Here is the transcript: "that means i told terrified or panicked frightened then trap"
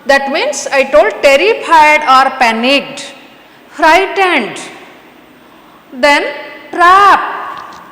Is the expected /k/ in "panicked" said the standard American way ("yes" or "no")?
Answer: no